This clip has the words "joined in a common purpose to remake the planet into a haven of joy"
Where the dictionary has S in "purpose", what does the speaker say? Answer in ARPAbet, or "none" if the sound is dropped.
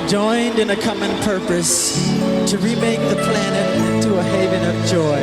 S